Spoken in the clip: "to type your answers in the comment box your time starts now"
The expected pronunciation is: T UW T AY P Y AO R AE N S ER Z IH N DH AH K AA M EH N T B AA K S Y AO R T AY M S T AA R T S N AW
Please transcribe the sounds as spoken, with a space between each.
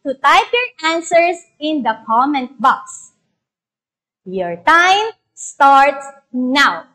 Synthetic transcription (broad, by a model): T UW T AY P Y AO R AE N S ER S IH N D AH K AA M EH N T B AA K S Y AO R T AY M S T AA R T S N AW